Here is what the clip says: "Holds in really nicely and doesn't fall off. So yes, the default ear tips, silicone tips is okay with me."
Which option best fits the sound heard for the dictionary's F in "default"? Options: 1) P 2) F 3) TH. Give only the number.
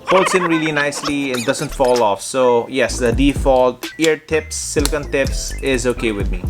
2